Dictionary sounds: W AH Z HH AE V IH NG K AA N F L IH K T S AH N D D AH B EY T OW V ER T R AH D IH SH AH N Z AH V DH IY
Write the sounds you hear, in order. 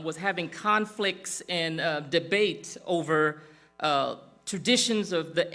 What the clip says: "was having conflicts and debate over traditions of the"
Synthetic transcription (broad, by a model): W AH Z HH AE V IH NG K AA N F L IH K T S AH N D D AH B EY T OW V ER T R AH D IH SH AH N Z AH V DH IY